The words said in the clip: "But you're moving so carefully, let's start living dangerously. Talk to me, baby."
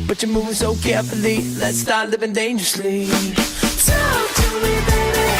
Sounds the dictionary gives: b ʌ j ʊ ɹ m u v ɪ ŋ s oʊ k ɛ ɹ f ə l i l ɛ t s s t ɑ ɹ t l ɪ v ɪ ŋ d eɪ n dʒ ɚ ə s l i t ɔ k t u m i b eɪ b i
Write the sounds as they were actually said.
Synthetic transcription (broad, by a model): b ʌ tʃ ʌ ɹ m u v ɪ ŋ s oʊ k ɛ ɹ f ə l i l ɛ t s s t ɑ ɹ t l ɪ v ɪ ŋ d eɪ n dʒ ɚ ə s l i s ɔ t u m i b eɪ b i